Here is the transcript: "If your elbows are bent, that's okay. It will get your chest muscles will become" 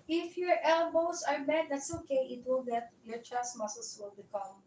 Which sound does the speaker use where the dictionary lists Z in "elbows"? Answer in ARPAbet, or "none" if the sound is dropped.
S